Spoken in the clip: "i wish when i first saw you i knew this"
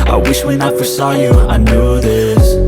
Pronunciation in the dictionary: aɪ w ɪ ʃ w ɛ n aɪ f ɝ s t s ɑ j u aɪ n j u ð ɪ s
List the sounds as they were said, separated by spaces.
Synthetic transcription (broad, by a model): aɪ w ɪ ʃ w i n aɪ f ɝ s s ɑ j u aɪ n j u ð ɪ s